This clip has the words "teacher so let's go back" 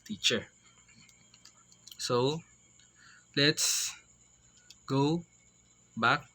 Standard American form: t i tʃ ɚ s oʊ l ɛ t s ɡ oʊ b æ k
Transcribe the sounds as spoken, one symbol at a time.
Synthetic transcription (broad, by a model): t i tʃ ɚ s oʊ l ɛ t s ɡ oʊ b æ k